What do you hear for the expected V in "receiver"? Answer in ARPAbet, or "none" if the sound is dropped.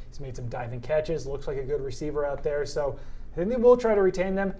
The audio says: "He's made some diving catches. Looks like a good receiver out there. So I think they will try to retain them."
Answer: V